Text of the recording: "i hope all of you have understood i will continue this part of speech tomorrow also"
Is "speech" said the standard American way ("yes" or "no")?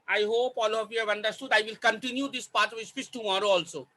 no